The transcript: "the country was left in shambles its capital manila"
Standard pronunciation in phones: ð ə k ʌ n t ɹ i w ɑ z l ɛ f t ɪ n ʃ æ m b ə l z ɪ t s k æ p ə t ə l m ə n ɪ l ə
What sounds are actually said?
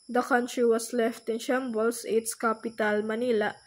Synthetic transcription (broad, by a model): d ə k ʌ n t ɹ i w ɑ s l ɛ f t ɪ n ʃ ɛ m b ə l s ɪ t s k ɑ p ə t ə l m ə n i l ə